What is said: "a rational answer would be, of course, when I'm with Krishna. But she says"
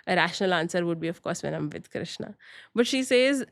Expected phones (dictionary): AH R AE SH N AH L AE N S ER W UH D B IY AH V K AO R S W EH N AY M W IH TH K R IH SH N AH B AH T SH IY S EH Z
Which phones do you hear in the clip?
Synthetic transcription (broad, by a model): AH R AE SH N AH L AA N S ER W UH D B IY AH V K AO R S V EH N AY M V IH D K R IH SH N AH B AH T SH IY S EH Z